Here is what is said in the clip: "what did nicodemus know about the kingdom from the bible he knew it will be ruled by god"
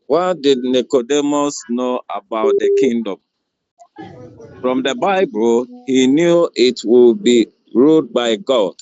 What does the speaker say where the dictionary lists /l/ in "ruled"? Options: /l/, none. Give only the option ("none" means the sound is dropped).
none